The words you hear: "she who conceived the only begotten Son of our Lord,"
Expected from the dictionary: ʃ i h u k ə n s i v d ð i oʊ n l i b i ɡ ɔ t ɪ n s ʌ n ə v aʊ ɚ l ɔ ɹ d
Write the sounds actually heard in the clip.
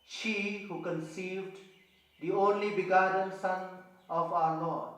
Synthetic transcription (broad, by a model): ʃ i h u k ə n s i v d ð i oʊ n l i b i ɡ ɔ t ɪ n s ʌ n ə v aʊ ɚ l ɔ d